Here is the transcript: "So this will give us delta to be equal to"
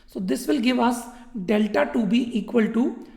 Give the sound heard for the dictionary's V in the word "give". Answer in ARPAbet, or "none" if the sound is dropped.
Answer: V